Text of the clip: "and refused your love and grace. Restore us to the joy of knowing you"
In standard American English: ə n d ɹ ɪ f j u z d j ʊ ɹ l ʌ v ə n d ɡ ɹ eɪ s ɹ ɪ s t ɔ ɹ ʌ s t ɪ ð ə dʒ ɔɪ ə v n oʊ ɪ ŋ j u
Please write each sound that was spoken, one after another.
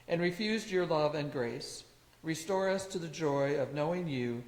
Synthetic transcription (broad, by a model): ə n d ɹ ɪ f j u z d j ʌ ɹ l ʌ v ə n ɡ ɹ eɪ s ɹ ɪ s t ɔ ɹ ʌ s t ɪ ð ə dʒ ɔɪ ə v n oʊ ɪ ŋ j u